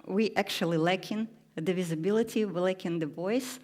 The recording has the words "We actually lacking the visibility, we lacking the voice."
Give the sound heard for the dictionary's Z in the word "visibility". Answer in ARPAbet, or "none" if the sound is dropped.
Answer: Z